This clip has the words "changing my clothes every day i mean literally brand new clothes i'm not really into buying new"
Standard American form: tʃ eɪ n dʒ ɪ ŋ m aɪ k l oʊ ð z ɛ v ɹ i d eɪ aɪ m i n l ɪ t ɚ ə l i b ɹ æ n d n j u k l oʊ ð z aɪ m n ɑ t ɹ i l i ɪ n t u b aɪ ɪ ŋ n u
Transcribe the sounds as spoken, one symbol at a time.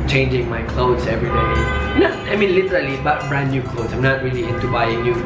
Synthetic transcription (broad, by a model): tʃ eɪ n dʒ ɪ ŋ m aɪ k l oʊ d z ɛ v ɹ i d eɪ aɪ m i n l ɪ t ɚ ə l i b ɑ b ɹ n j u k l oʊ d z aɪ m n ɑ t ɹ i l i ɪ n t u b aɪ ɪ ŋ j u